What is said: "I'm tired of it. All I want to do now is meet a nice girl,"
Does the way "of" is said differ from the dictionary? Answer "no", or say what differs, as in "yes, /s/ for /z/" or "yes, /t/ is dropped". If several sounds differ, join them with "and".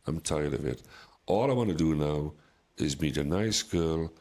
no